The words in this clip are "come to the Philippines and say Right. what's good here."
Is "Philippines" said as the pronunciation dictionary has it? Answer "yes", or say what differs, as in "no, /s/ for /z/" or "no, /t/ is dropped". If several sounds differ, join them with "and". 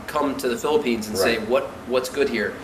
yes